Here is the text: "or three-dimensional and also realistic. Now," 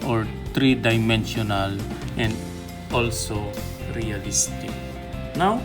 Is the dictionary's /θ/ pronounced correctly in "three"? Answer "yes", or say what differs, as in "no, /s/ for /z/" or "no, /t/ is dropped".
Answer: no, /t/ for /θ/